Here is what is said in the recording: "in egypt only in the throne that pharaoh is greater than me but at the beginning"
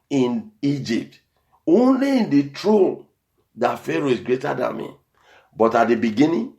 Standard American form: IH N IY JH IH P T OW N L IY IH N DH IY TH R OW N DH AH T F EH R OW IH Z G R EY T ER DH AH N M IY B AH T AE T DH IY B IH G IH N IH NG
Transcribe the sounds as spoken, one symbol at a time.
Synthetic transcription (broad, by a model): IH N IY JH IH P T OW N L IY IH N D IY T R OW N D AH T F EH R OW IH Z G R EY T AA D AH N M IY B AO T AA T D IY B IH G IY N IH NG